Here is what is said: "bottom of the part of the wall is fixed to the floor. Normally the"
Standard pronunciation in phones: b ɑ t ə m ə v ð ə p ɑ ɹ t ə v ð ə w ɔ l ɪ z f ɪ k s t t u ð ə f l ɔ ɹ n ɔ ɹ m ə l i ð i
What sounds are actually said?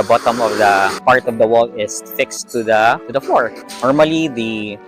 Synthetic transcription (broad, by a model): b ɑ t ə m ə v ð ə p ɑ ɹ t ə v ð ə w ɔ l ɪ s f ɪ k s t t u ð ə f ɔ ɹ n ɔ ɹ m ə l i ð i